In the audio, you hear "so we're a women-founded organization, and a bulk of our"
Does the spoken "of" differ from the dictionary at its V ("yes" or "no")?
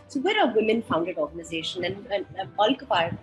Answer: yes